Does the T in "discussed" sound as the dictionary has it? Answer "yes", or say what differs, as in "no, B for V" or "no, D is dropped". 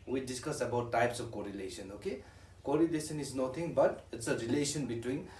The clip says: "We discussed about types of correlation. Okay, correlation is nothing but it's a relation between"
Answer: no, T is dropped